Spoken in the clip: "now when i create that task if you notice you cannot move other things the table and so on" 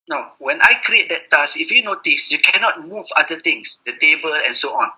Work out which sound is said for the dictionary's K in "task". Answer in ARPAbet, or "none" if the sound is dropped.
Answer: none